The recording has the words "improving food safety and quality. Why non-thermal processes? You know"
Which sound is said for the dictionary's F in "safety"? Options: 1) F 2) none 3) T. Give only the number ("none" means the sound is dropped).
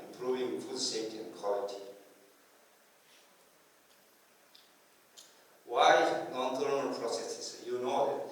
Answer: 2